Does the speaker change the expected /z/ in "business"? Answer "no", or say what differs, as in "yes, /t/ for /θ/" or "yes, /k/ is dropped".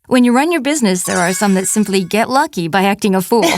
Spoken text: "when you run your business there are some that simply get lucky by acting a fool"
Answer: no